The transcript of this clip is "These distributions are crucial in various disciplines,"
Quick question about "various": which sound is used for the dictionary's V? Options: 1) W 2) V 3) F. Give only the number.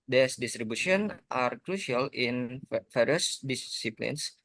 3